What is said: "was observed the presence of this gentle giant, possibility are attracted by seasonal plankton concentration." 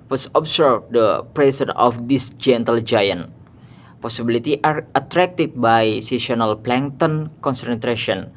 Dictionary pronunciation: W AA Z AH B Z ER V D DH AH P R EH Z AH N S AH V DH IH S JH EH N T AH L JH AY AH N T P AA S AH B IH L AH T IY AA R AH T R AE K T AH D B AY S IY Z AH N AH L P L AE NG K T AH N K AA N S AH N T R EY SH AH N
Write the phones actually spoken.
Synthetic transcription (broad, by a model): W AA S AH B S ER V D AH P R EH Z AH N AH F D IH S JH EH N T AH L JH AY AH N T P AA S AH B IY L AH T IY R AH T R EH K T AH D B AY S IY S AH N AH L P L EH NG T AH N K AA N S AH N T R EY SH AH N